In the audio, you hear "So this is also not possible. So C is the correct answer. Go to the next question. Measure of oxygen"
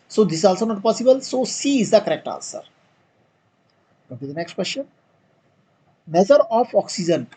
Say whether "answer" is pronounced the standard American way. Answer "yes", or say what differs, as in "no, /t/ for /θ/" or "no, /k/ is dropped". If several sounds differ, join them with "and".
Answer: no, /l/ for /n/